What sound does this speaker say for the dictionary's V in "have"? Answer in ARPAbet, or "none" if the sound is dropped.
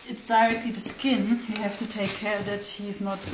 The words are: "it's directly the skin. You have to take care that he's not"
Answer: F